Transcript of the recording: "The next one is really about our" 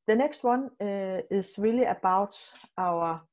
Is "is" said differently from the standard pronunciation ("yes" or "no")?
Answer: yes